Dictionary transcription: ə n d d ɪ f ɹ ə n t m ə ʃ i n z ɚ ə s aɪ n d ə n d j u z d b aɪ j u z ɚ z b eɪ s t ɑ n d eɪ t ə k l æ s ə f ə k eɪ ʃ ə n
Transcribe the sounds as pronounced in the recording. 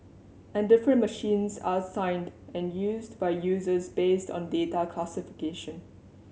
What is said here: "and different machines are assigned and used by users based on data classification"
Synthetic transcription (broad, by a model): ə n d d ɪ f ɹ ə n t m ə ʃ i n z ə s aɪ n d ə n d j u z d b aɪ j u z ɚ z b eɪ s t ɑ n d eɪ t ə k l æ s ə f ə k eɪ ʃ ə n